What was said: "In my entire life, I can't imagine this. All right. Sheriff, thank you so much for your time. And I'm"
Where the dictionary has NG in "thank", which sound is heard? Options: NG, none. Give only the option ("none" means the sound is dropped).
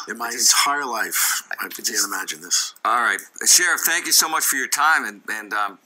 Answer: NG